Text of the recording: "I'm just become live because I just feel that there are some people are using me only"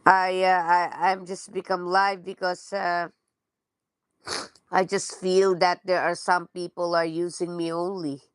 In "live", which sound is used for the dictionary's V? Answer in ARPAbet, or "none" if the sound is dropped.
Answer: V